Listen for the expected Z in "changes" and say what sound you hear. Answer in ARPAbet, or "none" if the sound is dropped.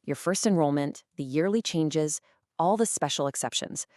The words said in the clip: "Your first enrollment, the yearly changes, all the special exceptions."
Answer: Z